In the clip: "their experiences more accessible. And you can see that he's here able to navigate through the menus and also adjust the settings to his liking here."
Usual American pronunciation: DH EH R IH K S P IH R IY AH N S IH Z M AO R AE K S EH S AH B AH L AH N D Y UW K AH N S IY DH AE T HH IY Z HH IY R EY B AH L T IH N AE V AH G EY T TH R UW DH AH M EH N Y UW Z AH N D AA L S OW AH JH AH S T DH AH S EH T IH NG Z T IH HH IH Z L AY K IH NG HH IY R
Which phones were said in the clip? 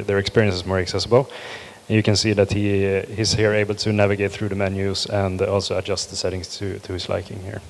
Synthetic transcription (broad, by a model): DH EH R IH K S P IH R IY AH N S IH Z M AO R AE K S EH S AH B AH L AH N Y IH K AH N S IY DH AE T HH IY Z HH IY R EY B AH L T IH N AE V AH G EY T TH R UW DH AH M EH N Y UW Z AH N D AA L S OW AH JH AH S T DH AH S EH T IH NG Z T IH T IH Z L AY K IH NG HH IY R